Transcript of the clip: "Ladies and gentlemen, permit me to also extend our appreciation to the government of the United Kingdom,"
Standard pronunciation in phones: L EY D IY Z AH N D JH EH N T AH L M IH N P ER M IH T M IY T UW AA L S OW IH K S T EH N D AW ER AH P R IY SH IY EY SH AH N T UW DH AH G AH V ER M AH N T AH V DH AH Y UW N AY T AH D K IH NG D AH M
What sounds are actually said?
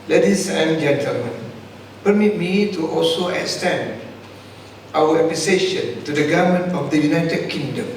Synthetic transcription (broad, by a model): L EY D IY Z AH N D JH EH N T AH L M IH N P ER M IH T M IY T UW AA L S OW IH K S T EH N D AW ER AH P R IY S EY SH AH N T UW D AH G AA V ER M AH N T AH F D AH Y UW N AY T AH D K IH NG D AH M